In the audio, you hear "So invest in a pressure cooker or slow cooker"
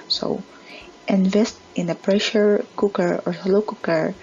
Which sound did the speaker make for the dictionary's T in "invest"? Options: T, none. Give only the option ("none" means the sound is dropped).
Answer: T